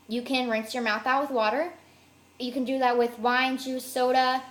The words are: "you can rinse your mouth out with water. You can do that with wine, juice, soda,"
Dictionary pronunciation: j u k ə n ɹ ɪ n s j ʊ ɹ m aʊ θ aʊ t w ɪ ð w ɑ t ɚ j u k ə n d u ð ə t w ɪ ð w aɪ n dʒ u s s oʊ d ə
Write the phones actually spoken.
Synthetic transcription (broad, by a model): j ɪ k ə n ɹ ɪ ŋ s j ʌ ɹ m aʊ θ aʊ t w ɪ ð w ɑ t ɚ j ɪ k ə n d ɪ ð ə t w ɪ ð w aɪ n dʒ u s s oʊ d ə